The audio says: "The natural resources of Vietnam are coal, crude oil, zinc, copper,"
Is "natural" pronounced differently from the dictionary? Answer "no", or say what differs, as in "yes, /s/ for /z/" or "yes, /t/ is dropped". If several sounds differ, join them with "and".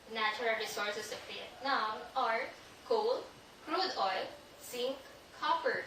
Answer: yes, /tʃ/ is dropped